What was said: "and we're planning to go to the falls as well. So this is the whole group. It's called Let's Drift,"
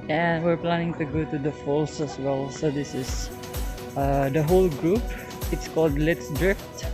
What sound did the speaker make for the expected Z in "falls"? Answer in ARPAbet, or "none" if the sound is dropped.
S